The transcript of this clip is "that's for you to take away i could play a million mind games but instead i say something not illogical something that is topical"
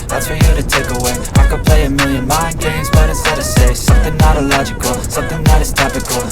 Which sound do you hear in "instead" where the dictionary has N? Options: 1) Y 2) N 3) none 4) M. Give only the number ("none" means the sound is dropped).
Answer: 3